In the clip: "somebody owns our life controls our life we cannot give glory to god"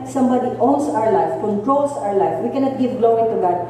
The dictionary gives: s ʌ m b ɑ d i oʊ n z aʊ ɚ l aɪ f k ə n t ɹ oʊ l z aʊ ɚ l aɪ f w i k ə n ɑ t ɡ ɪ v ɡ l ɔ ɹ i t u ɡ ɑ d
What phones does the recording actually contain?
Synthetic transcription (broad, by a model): s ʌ m b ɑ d i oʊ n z aʊ ɚ l aɪ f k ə n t ɹ oʊ l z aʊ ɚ l aɪ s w i k ə n ɑ t ɡ ɪ v ɡ l ɔ i t u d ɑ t